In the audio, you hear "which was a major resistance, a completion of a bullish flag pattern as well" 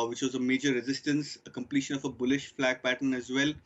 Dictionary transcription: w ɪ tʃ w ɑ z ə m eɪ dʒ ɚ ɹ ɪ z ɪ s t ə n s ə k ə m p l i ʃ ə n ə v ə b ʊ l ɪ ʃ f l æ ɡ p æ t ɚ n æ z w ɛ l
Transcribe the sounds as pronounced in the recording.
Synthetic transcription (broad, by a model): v ɪ tʃ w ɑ z ə m eɪ dʒ ɚ ɹ ɪ z ɪ s t ə n s ə k ə m p l i ʃ ə n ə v ə b ʊ l ɪ ʃ f l æ ɡ p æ t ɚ n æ z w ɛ l